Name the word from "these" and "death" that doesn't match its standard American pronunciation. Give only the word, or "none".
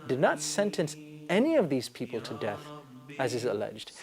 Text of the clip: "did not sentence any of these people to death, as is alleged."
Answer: none